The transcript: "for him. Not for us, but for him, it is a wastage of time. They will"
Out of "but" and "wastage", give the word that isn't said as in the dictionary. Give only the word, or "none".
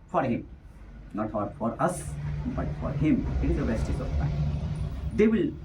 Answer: wastage